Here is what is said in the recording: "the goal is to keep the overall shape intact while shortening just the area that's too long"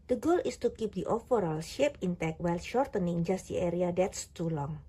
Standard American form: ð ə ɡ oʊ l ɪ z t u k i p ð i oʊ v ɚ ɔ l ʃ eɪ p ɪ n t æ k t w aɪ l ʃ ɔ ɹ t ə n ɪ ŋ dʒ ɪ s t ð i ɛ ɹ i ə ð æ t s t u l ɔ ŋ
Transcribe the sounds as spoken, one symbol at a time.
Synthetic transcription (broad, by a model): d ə ɡ oʊ l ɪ s t u k i p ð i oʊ f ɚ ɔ l ʃ eɪ p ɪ n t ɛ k w aɪ l ʃ ɔ ɹ t ə n ɪ ŋ dʒ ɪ s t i ɛ ɹ i ə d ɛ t s t u l ɔ ŋ